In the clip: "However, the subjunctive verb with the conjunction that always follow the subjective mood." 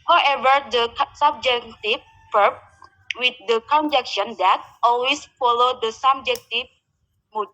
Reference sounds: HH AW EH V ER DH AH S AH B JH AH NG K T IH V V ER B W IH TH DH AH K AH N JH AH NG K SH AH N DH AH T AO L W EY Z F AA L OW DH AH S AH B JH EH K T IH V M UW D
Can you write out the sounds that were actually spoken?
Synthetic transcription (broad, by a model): HH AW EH V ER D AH S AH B JH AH K T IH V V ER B W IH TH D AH K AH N JH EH K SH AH N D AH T AO L W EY S F AA L OW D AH S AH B JH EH K T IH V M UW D